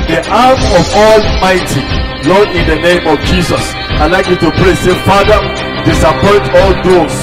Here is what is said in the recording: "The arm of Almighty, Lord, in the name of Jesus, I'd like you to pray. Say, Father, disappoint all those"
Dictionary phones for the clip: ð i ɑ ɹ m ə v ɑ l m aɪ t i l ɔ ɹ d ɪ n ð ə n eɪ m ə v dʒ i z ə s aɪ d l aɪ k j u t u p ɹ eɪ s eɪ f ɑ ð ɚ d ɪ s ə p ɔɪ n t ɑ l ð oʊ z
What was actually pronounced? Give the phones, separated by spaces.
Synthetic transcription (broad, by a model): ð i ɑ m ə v ɑ l m aɪ t i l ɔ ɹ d ɪ n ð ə n eɪ m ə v dʒ i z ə s aɪ l aɪ k j u t u p ɹ eɪ s eɪ f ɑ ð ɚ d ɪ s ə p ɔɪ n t ɑ l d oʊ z